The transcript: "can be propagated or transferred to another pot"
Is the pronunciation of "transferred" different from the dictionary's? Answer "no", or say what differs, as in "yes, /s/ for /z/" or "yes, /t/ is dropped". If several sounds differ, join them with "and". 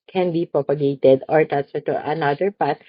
yes, /ɹ/ is dropped and /f/ is dropped